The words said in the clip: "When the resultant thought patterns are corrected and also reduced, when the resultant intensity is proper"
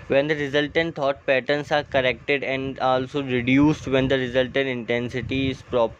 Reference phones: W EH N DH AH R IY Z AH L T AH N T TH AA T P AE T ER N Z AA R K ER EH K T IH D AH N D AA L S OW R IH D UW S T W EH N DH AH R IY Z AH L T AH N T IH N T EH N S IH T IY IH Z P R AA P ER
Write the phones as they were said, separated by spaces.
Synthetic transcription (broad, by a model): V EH N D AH R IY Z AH L T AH N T T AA T P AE T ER N S AA R K ER EH K T IH D AH N D AA L S OW R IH D UW S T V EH N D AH R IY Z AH L T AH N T IH N T EH N S IH T IY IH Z P R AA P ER